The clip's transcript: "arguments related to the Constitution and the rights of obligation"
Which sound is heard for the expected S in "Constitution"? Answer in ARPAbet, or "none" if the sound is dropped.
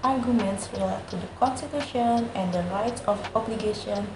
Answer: S